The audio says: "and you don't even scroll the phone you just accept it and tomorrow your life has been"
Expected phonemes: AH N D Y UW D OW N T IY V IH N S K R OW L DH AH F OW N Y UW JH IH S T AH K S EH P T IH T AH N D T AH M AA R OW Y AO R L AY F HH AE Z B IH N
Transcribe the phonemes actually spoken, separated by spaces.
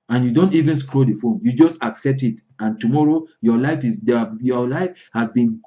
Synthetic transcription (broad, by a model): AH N Y UW D OW N T IY V IH N S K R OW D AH F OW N Y UW JH IH S T AH K S EH P T IH T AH N T AH M AA R OW Y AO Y L AY F HH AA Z B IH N